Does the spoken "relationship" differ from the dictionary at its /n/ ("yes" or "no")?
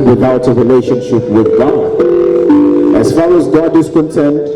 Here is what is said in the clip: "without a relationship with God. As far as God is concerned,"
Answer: no